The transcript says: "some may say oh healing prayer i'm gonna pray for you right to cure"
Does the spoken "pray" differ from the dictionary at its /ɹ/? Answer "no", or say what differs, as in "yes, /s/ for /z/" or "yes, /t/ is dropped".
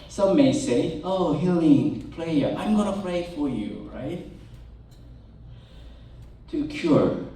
yes, /l/ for /ɹ/